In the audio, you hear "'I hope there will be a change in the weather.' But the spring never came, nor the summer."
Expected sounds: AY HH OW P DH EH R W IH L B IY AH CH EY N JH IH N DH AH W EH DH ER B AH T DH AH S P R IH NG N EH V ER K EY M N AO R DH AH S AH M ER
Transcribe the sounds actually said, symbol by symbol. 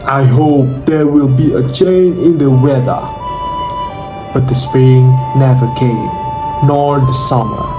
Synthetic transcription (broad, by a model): AY HH OW P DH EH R W IH L B IY AH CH EY N IH N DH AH W EH DH ER B AH T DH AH S P R IH NG N EH V ER K EY M N AO R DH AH S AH M ER